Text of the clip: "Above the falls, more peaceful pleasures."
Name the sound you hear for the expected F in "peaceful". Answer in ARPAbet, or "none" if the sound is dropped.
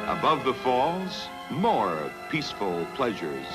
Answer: F